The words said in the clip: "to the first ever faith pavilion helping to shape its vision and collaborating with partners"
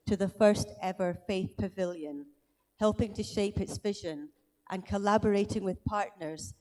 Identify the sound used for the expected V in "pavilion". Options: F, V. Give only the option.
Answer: V